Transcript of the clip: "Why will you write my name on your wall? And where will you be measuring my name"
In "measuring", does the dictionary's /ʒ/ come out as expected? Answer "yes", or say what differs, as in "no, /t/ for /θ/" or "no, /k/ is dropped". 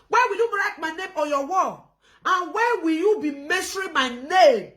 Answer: no, /s/ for /ʒ/